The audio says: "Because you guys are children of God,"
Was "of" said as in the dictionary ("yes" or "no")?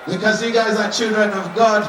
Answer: yes